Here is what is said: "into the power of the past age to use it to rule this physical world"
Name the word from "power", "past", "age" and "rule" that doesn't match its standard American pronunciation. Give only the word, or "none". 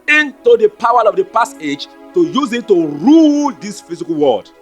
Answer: past